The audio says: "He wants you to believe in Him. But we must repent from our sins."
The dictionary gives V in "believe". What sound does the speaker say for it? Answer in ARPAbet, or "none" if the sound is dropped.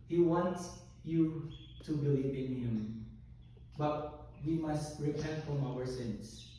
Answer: P